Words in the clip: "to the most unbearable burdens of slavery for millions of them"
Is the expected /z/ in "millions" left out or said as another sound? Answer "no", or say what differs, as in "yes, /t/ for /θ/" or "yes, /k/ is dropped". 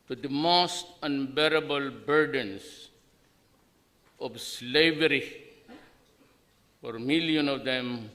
yes, /z/ is dropped